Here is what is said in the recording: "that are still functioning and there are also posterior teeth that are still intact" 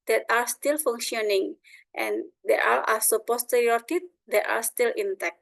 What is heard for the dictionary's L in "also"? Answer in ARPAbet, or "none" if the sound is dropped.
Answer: none